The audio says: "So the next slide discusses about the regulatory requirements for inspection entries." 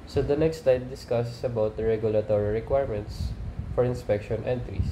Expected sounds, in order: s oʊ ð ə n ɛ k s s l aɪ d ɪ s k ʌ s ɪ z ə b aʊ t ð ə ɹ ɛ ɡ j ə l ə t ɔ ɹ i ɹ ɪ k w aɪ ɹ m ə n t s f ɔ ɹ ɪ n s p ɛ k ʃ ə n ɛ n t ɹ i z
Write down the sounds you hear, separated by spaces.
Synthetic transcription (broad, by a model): s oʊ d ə n ɛ k s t l aɪ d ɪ s k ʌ s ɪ s ə b aʊ t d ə ɹ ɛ ɡ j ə l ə t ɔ ɹ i ɹ ɪ k w aɪ ɹ m ə n t s f ɔ ɹ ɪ n s p ɛ k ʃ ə n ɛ n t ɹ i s